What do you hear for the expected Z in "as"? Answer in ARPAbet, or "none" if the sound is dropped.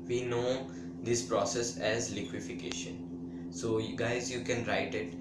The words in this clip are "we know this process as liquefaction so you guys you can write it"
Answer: Z